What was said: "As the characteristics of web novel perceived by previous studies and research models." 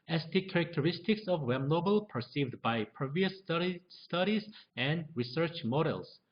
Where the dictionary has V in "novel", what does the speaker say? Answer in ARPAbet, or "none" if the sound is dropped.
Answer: B